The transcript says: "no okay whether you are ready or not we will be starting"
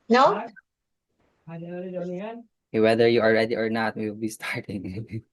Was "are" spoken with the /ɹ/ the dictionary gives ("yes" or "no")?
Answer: no